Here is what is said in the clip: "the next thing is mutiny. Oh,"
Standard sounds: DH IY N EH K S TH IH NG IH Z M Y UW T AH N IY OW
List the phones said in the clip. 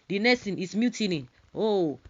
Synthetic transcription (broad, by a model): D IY N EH S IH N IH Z M Y UW T AH N IY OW